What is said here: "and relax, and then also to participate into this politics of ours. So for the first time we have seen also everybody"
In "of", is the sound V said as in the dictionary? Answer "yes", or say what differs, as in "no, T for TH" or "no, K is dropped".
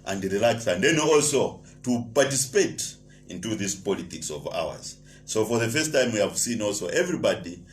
yes